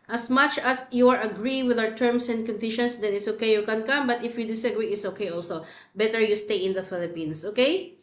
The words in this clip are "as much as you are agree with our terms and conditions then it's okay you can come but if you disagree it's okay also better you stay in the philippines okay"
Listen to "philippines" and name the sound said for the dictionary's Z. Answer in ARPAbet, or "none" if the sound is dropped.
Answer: S